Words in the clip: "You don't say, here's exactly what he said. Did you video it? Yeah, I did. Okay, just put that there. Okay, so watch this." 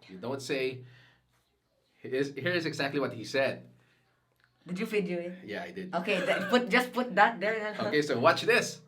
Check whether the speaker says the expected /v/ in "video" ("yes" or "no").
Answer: no